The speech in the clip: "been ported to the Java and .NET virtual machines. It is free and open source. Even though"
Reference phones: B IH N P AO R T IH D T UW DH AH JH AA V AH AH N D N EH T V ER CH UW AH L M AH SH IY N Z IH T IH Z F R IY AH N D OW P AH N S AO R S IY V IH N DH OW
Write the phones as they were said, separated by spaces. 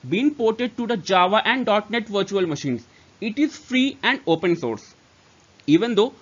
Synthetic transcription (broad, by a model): B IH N P AO R T IH D T UW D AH JH AA V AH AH N D N EH T V ER CH UW AH L M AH SH IY N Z IH T IH Z F R IY AH N D OW P AH N S AO R S IY V IH N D OW